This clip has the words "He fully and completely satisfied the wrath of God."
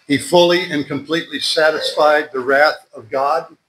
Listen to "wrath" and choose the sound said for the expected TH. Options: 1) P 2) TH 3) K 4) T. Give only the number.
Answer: 2